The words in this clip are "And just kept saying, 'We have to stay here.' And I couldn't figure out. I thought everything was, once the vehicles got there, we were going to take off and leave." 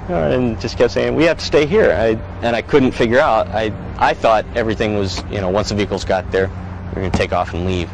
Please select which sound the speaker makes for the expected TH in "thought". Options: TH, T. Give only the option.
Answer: TH